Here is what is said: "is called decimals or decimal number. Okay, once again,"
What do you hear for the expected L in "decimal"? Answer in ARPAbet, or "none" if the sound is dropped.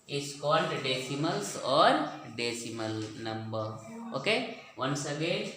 L